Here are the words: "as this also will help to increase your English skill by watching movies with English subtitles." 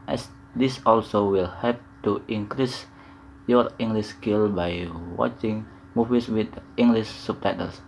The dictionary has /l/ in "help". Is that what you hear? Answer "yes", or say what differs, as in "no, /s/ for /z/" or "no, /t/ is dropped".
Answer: no, /l/ is dropped